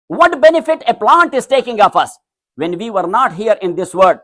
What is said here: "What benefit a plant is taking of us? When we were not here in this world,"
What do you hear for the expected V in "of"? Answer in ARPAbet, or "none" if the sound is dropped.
F